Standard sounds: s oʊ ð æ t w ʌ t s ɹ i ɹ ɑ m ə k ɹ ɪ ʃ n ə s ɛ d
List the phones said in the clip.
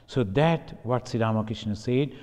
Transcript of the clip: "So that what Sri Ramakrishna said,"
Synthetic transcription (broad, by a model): s oʊ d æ t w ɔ t s i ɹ ɑ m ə k ɹ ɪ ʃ n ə s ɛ d